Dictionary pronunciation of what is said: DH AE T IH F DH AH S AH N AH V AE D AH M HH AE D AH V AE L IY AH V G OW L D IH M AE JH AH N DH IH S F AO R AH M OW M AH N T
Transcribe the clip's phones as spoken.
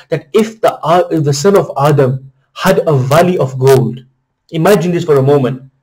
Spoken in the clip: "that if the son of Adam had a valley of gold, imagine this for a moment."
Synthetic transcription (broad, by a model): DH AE T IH F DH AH S AH N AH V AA D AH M HH AE D AH V AE L IY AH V G OW L D IH M AE JH AH N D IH S F AO R AH M OW M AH N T